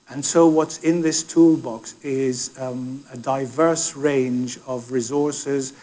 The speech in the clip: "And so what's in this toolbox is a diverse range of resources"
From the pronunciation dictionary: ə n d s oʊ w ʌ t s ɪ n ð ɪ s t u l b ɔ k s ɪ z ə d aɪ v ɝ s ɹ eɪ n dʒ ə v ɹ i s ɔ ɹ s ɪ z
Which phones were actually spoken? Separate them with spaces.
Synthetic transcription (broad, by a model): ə n s oʊ w ʌ t s ɪ n ð ɪ s t u l b ɔ k s ɪ z ə d aɪ v ɝ s ɹ eɪ n dʒ ə v ɹ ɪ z ɔ ɹ s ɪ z